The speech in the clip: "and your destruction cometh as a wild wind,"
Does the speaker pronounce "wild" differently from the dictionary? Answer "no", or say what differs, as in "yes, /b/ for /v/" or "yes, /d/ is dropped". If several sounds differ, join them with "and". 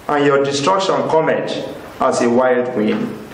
no